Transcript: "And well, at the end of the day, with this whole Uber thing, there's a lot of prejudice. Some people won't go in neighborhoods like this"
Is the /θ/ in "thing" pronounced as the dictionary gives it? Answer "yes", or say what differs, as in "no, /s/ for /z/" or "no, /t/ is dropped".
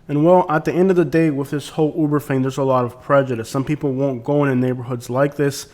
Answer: no, /f/ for /θ/